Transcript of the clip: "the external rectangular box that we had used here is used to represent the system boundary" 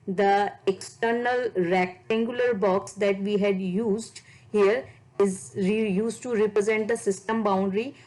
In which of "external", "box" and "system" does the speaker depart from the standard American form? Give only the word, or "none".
none